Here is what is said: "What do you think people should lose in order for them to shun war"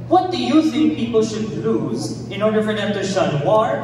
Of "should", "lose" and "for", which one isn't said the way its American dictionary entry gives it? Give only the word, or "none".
none